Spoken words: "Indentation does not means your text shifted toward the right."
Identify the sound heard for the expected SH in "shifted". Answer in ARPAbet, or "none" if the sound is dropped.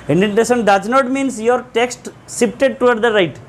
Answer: S